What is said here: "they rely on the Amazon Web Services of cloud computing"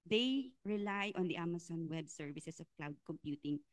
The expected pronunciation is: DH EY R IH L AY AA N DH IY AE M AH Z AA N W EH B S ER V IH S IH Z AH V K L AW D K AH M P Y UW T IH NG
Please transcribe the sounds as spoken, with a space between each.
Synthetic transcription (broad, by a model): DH EY R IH L AY AA N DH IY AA M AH S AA N W EH B S ER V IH S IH S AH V K L AW D K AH M P Y UW T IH NG